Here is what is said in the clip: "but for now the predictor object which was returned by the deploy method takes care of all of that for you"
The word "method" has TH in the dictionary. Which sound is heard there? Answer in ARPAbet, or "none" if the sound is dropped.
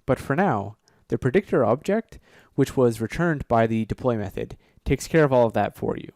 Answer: TH